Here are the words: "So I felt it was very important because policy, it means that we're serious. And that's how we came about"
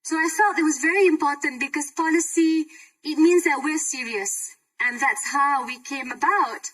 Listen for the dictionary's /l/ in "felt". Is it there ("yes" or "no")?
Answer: no